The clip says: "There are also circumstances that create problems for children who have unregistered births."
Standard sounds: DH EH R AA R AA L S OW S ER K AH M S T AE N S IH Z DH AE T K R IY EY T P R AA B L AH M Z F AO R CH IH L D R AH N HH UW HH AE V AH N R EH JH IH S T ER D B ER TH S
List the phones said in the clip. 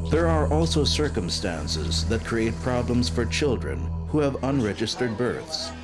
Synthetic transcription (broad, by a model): DH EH R AA R AA L S OW S ER K AH M S T AE N S IH Z DH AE T K R IY EY T P R AA B L AH M Z F AO R CH IH L D R AH N HH UW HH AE V AH N R EH JH IH S T ER D B ER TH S